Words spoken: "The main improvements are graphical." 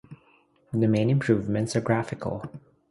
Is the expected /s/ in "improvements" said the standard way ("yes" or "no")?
yes